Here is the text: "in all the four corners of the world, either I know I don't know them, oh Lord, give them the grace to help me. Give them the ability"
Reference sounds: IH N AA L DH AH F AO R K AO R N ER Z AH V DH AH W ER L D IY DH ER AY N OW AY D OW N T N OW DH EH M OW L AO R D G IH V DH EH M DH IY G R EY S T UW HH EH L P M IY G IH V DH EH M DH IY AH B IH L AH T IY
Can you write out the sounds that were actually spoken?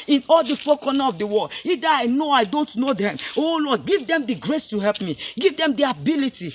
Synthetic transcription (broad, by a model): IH N AA L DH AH F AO K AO N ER AH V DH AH W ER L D IY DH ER AY N OW AY D OW N T N OW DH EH M OW L AO D G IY V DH EH M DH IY G R EY S T UW HH EH L P M IY G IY V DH EH M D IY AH B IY L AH T IY